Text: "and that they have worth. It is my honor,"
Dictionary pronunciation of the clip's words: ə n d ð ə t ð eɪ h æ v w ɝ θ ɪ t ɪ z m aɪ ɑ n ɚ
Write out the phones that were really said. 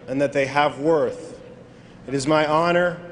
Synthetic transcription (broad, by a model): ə n ð ə t ð eɪ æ v w ɝ θ ɪ t ɪ z m aɪ ɑ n ɚ